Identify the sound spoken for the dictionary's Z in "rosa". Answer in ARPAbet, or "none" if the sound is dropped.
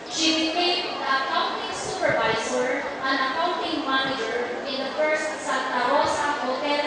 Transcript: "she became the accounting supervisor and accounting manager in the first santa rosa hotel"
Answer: S